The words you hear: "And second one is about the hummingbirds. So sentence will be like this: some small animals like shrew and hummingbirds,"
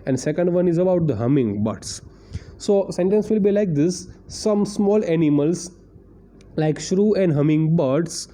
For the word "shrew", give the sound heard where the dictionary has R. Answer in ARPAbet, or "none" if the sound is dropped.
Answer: R